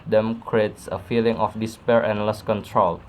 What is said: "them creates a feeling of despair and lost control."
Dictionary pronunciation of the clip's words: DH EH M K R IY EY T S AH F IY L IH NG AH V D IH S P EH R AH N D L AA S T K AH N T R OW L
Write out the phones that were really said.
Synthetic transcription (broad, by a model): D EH M K R IY EY T S AH F IY L IH NG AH F D IH S P EH R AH N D L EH S K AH N T R OW L